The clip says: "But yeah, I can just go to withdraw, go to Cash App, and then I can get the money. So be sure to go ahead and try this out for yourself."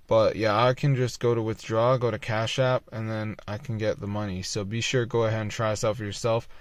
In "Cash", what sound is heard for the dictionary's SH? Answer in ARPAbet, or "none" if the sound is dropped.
SH